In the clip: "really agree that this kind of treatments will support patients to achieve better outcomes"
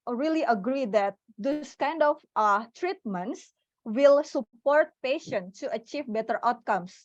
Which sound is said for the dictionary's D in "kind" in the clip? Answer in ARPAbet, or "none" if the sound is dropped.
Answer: D